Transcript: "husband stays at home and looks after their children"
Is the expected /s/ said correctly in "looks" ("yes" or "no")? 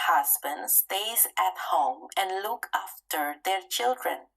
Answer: no